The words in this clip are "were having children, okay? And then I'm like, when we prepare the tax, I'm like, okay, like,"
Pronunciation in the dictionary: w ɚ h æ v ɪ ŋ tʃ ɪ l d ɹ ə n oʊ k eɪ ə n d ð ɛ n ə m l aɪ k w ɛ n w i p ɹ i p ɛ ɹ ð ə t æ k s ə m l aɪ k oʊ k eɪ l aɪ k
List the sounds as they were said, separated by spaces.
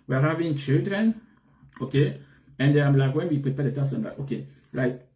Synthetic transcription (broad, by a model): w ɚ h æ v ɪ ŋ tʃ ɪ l d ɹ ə n oʊ k eɪ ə n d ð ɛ ə m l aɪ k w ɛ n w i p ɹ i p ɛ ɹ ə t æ s ə m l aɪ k oʊ k eɪ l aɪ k